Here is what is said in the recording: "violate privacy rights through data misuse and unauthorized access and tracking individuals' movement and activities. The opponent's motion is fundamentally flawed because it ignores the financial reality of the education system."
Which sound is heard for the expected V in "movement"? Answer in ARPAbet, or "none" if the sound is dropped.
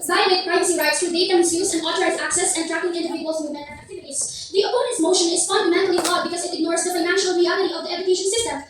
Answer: none